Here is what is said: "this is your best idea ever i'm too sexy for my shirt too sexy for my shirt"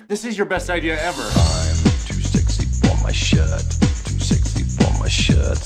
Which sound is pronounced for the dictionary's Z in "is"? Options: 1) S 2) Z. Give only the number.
2